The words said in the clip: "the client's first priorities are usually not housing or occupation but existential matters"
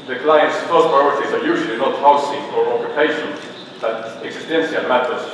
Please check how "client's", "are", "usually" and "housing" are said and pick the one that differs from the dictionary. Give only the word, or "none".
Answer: housing